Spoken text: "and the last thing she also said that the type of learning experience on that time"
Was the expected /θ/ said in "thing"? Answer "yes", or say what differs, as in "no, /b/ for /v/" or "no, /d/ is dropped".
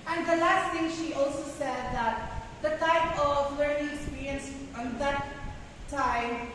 no, /t/ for /θ/